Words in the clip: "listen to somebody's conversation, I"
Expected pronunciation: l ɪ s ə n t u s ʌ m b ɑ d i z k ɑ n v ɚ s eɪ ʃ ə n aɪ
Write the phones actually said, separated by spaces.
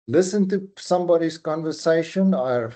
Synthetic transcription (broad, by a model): l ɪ s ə n t u s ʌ m b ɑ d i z k ɑ n v ɚ s eɪ ʃ ə n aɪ